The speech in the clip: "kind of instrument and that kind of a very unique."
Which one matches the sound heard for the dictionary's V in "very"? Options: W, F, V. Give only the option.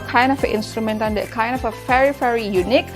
F